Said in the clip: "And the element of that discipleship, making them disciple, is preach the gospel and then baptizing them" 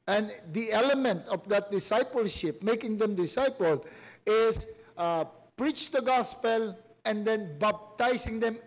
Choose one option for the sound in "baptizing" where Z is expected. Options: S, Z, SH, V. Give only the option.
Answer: S